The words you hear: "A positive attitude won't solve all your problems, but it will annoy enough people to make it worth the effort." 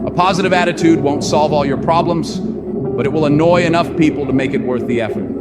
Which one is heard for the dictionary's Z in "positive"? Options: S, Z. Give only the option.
Z